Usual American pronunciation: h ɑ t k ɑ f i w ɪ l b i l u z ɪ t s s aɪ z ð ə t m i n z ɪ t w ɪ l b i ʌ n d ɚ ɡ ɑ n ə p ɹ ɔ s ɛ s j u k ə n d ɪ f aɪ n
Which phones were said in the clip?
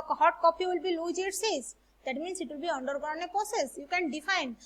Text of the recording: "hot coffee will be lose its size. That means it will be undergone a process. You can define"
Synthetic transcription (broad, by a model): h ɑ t k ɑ p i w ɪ l b i l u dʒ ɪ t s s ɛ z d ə t m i n s ɪ t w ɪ l b i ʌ n d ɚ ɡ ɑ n ə p ɹ ɔ s ɛ s j u k ə n d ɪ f aɪ n